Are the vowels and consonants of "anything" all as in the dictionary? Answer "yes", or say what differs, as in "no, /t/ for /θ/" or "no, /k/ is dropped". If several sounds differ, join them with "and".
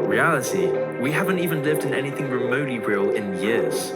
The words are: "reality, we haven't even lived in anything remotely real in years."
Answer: yes